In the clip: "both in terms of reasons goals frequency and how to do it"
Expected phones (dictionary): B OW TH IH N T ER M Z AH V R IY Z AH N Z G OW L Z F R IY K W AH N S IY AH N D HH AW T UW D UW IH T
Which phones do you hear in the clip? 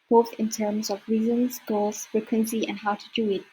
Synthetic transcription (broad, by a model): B OW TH IH N T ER M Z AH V R IY Z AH N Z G OW L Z F R IY K W AH N S IY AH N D HH AW T UW D UW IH T